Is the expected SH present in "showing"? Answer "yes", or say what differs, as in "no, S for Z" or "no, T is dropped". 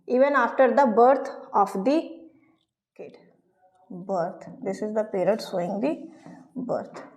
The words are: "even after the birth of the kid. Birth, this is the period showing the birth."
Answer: no, S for SH